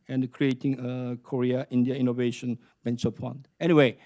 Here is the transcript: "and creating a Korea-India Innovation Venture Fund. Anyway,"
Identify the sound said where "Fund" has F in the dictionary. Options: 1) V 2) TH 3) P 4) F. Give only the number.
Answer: 3